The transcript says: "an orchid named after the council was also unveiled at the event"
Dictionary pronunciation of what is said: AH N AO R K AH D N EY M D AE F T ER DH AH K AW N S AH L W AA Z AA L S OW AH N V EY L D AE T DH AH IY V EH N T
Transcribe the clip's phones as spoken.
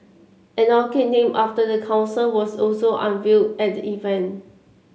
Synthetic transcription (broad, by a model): AH N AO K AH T N EY M AA F T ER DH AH K AW N S AH L W AA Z AA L S OW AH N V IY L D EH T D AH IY V EH N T